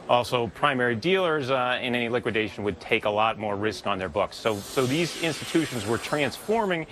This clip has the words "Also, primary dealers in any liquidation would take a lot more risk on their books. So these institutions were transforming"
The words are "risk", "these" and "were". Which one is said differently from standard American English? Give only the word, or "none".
none